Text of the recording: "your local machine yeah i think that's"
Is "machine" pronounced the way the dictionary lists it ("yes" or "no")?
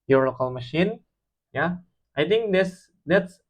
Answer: yes